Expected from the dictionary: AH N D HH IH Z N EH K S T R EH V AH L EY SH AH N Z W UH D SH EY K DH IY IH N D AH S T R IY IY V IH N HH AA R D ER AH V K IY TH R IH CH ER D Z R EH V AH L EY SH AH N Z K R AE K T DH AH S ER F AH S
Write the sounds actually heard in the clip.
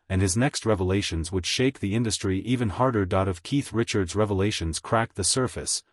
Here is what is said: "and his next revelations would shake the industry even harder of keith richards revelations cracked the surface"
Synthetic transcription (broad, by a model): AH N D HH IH Z N EH K S T R EH V AH L EY SH AH N Z W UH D SH EY K DH IY IH N D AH S T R IY IY V IH N HH AA R D ER AH V K IY TH R IH CH ER D Z R EH V AH L EY SH AH N Z K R AE K DH AH S ER F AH S